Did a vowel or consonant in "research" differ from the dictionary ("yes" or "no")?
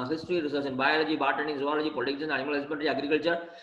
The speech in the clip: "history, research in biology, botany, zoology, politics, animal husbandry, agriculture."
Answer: yes